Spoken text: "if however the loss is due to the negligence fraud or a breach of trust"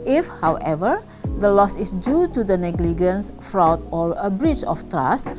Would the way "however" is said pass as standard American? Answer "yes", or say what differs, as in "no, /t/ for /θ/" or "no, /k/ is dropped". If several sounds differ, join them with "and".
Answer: yes